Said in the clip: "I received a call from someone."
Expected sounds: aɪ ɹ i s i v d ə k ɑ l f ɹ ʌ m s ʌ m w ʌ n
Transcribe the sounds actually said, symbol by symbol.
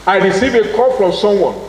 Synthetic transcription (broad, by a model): aɪ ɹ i s i v ə k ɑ f ɹ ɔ m s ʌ m w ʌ n